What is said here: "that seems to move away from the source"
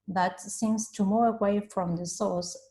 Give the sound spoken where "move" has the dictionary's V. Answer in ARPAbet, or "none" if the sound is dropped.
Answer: none